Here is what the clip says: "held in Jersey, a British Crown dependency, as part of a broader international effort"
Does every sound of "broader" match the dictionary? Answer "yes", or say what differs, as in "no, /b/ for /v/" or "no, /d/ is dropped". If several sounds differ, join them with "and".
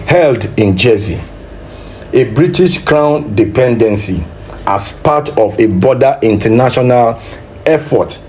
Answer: no, /ɹ/ is dropped